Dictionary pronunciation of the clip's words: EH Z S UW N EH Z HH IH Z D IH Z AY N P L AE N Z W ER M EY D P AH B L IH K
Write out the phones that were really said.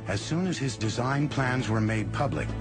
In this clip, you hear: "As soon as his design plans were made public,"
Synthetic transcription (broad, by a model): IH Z S UW N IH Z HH IH Z D IH Z AY N P L AE N Z W ER M EY D P AH B L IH K